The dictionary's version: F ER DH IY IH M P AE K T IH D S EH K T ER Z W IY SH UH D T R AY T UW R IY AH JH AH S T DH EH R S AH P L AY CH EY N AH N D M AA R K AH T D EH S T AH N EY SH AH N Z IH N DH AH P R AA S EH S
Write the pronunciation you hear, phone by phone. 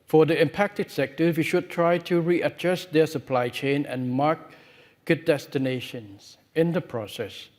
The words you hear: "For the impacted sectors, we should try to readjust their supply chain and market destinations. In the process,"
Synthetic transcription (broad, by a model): F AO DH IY IH M P AE K T IH D S EH K T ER W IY SH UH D T R AY T UW R IY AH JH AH S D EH S AH P L AY CH EY N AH N M AA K K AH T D EH S T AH N EY SH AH N S IH N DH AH P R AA S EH S